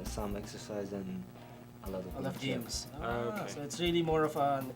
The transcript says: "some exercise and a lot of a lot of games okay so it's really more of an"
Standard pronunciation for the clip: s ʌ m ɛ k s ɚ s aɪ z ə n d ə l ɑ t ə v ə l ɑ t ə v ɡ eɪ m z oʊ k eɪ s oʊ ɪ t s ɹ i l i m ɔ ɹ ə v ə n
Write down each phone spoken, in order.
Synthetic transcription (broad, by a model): s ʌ m ɛ k s ɚ s aɪ z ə n ə l ɑ t ə v ə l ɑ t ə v ɡ eɪ m z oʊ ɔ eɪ s oʊ ɪ t s ɹ i l i m ɔ ɹ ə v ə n